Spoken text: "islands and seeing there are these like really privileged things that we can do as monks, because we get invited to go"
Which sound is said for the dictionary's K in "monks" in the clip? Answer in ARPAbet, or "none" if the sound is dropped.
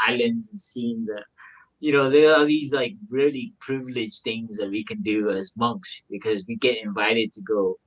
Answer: K